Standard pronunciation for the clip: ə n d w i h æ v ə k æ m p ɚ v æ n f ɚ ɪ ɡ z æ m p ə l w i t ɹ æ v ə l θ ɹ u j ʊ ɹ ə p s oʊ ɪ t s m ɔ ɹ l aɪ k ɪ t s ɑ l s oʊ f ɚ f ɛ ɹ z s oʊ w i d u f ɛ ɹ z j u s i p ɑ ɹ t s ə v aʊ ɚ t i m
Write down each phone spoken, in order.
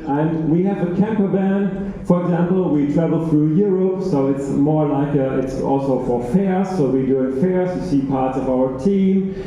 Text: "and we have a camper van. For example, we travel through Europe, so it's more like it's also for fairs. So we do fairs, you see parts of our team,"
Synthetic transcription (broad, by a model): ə n w i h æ v ə k æ m p ɚ b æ n f ɚ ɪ ɡ z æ m p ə l w i t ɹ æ v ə l θ ɹ u j ʊ ɹ ə p s oʊ ɪ t s m ɔ ɹ l aɪ k ɪ t s ɑ l s oʊ f ɚ f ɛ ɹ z s oʊ w i d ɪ f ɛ ɹ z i s i p ɑ ɹ t s ə v aʊ ɚ t i m